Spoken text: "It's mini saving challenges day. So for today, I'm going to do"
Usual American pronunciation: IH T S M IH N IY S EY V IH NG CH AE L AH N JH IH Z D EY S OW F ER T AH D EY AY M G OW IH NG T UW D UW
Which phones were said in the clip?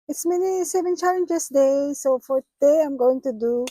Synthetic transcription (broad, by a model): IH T S M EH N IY S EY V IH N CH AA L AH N IH S D EY S OW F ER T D EY AY M G OW IH NG T UW D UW